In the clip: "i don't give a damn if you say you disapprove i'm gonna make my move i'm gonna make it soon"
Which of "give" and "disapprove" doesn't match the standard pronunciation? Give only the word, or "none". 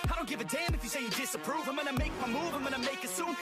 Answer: none